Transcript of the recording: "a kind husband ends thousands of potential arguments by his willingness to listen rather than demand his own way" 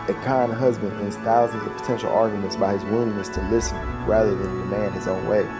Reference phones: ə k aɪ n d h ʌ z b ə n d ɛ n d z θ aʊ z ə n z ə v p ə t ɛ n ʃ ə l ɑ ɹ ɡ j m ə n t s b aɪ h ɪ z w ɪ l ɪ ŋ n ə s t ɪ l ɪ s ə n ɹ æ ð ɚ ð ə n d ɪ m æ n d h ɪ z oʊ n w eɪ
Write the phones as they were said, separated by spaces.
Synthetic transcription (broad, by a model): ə k aɪ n h ʌ z b ə n d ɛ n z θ aʊ z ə n z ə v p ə t ɛ n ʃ l ɑ ɹ ɡ j m ə n t s b aɪ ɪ z w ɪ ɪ n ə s t ɪ l ɪ s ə n ɹ æ ð ɚ ð ə n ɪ m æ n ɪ z oʊ n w eɪ